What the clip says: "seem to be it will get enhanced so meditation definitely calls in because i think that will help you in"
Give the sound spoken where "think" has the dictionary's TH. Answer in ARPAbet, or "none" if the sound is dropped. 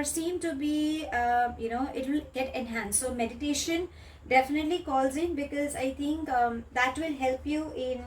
T